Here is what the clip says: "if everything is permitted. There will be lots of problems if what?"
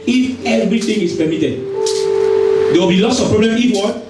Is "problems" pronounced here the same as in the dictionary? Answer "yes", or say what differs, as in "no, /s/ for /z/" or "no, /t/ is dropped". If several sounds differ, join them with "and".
no, /z/ is dropped